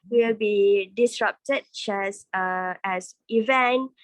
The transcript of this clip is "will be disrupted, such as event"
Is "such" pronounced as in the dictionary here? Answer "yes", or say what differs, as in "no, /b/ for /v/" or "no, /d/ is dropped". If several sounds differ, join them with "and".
no, /s/ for /tʃ/